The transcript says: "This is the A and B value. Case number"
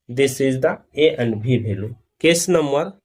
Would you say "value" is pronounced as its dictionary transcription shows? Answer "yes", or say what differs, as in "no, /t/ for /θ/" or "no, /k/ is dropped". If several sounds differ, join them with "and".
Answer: no, /b/ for /v/